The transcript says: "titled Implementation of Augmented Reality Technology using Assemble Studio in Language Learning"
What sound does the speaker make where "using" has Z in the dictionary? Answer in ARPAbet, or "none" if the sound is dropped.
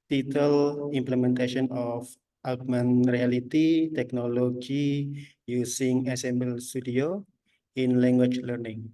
S